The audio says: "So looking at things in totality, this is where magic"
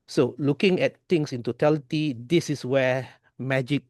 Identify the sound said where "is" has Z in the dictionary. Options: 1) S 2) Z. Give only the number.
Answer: 1